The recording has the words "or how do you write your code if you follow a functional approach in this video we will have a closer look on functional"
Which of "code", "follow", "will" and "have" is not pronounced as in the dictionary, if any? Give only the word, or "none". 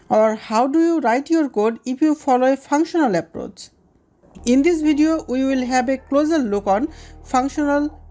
have